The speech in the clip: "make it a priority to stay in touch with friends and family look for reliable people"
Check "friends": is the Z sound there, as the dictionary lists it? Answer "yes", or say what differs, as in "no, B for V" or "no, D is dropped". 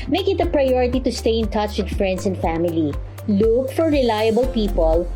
no, S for Z